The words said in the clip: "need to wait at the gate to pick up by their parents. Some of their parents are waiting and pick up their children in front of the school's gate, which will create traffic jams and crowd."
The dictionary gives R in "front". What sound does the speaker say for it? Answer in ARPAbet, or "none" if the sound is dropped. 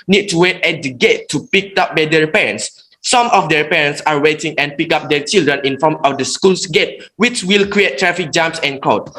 none